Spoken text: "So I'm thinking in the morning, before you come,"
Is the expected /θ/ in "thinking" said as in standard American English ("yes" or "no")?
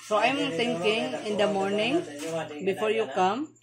no